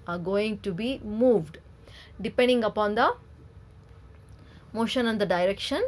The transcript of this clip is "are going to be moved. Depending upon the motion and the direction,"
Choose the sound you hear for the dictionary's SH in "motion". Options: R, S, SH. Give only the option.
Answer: SH